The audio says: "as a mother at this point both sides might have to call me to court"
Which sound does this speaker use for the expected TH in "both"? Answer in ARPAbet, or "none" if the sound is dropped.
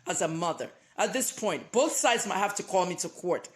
TH